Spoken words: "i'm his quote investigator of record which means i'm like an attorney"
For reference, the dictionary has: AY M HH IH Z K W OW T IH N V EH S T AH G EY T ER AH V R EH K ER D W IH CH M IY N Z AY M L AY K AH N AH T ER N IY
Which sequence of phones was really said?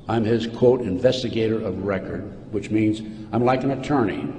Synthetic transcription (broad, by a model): AY M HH IH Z K W OW T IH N V EH S T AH G EY T ER AH V R EH K ER D W IH CH M IY N Z AY M L AY K AH N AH T ER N IY